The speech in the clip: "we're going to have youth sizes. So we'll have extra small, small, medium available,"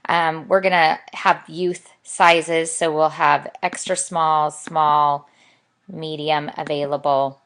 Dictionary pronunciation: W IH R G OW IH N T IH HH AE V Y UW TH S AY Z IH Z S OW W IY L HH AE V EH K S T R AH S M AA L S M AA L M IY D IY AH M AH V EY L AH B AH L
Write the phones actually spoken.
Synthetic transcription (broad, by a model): W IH R G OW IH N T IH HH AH V Y UW TH S AY Z IH Z S OW W IY L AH V EH K S T R AH S M AA L S M AA L M IY D IY AH M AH V EY L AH B L